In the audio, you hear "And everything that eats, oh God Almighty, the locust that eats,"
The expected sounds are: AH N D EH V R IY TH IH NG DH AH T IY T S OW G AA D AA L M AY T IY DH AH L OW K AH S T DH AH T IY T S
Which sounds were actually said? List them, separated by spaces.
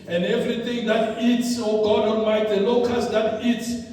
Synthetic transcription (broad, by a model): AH N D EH V R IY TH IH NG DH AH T IY T S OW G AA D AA N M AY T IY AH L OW K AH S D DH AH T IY T S